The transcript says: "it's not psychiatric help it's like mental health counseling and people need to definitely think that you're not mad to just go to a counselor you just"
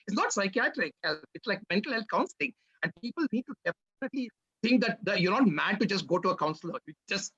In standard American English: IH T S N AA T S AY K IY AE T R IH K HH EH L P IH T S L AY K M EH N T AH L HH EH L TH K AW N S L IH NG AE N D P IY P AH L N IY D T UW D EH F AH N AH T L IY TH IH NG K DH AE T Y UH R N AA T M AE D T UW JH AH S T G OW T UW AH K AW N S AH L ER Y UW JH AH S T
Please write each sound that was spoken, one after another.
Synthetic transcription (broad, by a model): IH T S N AA T S AY K IY AE T R IH K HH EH L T IH T S L AY K M EH N T AH L HH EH L T K AW N S L IH NG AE N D P IY P AH L N IY D T UW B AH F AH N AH T L IY T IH NG K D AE T Y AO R N AA T M AE D T UW JH AH S T G OW T UW AH K AW N S AH L ER Y UW JH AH S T